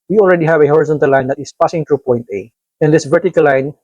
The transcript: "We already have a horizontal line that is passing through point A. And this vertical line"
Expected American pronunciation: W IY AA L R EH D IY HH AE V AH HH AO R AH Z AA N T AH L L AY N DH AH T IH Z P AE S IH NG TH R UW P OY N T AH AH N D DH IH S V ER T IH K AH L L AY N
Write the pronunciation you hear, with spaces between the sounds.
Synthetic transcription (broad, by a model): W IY AA L R EH D IY HH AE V AH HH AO R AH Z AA N T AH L L AY N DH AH T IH S P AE S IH NG T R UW P OY N T AH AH N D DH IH S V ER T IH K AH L L AY N